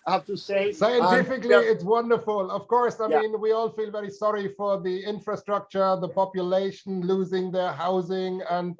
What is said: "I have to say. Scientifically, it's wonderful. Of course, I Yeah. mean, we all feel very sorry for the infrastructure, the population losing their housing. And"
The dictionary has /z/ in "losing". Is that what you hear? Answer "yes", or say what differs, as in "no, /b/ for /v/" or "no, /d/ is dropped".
yes